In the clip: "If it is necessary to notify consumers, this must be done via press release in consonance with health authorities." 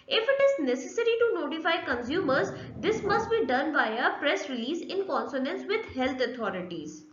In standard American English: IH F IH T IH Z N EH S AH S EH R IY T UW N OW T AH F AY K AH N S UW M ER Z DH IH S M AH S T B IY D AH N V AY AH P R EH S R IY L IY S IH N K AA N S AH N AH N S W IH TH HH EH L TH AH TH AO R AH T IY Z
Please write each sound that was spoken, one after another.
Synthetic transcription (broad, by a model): IH F IH T IH Z N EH S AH S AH R IY T UW N OW T AH F AY K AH N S UW M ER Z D IH S M AH S T B IY D AH N B AY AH P R EH S R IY L IY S IH N K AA N S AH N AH N S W IH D HH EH L T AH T AO R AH T IY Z